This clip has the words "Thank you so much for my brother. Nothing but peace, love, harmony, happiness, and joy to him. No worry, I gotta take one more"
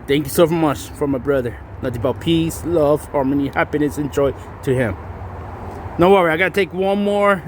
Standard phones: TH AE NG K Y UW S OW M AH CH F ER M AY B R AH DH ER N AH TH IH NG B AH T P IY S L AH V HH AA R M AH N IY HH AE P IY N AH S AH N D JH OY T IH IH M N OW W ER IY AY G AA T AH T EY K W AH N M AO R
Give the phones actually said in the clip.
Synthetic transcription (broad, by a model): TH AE NG K Y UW S OW M AH CH F ER M AY B R AH DH ER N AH T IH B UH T P IY S L AH V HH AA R M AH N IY HH AE P IY N AH S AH N JH OY T IH IH M N OW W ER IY AY G AA T AH T EY K W AH N M AO R